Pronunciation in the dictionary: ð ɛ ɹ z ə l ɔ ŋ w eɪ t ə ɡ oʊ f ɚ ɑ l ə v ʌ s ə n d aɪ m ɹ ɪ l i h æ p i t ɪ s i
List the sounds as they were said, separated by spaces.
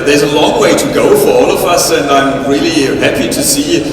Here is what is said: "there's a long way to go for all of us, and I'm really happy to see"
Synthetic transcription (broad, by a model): ð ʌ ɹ z ə l ɔ ŋ w eɪ t ə ɡ oʊ f ɚ ɑ l ə v ʌ s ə n aɪ m ɹ ɪ l i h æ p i t ɪ s i